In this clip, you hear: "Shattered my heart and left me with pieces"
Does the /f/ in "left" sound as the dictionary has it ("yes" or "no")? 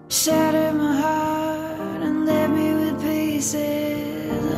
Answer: no